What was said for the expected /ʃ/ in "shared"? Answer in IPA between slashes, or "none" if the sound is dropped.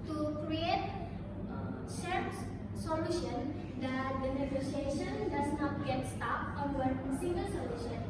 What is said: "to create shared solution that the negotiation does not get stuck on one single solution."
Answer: /s/